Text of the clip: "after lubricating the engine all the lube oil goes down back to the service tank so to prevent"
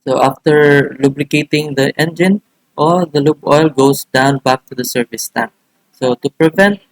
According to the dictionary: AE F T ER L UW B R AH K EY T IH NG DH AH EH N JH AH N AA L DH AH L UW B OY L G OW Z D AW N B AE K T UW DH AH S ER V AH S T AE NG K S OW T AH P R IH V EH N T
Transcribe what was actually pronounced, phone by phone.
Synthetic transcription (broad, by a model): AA F T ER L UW B L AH K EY T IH NG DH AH EH N JH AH N AA L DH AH L UW B OY L G OW S D AW N B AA K T UW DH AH S ER V AH S T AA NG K S OW T AH P R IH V EH N T